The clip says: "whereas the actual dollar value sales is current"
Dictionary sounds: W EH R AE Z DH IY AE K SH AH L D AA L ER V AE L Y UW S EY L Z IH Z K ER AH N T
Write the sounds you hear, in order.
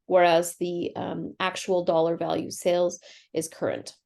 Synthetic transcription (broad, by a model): W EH R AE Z DH IY AE K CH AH L D AA L ER V AE L Y UW S EY L Z IH Z K ER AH N T